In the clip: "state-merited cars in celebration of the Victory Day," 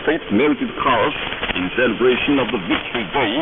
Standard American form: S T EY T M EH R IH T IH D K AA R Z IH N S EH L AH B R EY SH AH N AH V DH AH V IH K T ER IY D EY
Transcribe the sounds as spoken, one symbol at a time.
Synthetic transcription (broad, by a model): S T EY T M EH R IH T IH D K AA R S IH N S EH L AH B R EY SH AH N AH V DH AH V IH K T ER IY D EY